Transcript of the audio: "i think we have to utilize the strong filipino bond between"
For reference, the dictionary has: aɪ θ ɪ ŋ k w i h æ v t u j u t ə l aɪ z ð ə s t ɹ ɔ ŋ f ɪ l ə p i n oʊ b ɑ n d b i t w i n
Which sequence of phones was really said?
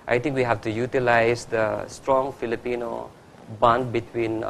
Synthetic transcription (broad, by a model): aɪ t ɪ ŋ k w i h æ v t u j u t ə l aɪ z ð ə s t ɹ ɔ ŋ f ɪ l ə p i n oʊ b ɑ n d b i t w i n